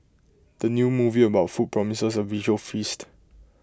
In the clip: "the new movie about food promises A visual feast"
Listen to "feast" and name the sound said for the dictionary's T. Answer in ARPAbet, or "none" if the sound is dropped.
T